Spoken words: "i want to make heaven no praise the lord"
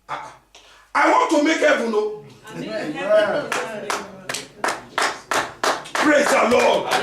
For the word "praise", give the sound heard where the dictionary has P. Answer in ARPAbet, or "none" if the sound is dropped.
P